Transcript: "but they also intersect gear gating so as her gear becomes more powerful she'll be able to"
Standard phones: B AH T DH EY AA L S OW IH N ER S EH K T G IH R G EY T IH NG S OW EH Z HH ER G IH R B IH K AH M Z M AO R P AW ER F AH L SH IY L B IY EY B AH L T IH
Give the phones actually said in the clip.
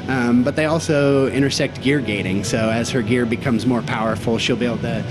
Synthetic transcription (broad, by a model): B AH T DH EY AA L S OW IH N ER S EH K T G IH R G EY T IH NG S OW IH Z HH ER G IH R B IH K AH M Z M AO R P AW ER F L SH IY L B IY EY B L T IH